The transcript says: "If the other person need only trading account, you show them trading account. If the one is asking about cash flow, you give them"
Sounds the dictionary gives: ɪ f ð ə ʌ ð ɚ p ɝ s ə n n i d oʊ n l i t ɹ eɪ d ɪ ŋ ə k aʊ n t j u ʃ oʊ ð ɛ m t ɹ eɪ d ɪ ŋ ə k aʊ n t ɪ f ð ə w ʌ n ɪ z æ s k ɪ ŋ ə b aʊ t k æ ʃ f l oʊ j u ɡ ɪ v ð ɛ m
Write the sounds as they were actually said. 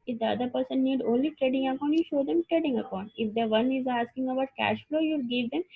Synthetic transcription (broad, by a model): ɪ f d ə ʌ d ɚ p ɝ s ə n n i d oʊ n l i t ɹ eɪ d ɪ ŋ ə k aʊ n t j u ʃ oʊ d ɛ m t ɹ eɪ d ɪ ŋ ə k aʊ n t ɪ f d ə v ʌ n ɪ z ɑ s k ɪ ŋ ə b aʊ t k æ ʃ f l oʊ j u ɡ ɪ v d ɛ m